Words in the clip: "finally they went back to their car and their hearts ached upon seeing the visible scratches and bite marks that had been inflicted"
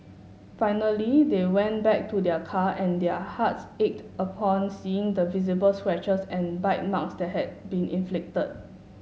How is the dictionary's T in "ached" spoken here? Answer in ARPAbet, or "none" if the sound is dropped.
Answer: T